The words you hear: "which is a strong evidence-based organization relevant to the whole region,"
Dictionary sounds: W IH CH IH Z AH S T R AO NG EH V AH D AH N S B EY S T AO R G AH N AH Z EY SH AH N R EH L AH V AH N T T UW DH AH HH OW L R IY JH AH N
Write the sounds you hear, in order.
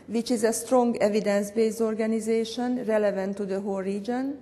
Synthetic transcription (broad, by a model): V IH CH IH Z AH S T R AO NG EH V AH D AH N S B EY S AO R G AH N AH Z EY SH AH N R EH L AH V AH N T T UW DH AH HH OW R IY JH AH N